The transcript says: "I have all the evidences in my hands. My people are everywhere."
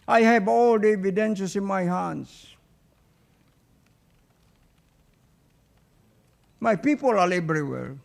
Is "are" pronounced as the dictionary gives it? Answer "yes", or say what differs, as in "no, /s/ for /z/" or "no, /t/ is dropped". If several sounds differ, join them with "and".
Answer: no, /l/ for /ɹ/